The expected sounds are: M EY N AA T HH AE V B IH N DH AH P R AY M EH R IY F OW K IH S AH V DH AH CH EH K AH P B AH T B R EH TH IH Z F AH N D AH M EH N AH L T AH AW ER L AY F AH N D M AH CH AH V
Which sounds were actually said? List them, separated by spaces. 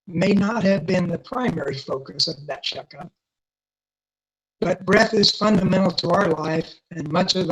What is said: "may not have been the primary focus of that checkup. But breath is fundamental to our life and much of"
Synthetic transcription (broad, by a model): M EY N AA T HH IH V B IH N DH AH P R AY M EH R IY F OW K IH S AH V DH AH CH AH K AH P B AH T B R EH TH IH Z F AH N D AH M EH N L T AH AW ER L AY F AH N M AH CH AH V